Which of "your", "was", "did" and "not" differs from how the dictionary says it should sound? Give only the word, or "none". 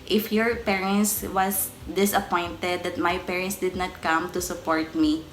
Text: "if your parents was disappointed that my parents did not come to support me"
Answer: was